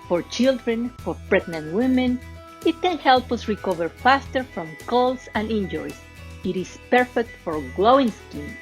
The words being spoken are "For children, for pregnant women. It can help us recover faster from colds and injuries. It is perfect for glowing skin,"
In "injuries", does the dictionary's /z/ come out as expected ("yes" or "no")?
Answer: no